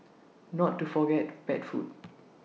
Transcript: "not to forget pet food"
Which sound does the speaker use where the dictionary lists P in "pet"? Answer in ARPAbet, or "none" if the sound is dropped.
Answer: B